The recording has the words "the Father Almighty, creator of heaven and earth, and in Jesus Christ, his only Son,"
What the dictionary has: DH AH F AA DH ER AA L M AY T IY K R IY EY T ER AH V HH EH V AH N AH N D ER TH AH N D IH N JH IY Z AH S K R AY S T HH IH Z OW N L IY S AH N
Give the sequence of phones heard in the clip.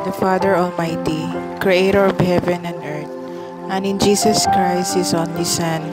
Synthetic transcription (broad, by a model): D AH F AA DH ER AA L M AY T IY K R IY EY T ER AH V HH EH V AH N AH N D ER T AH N IH N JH IY S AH S K R AY S T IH S OW N L IY S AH N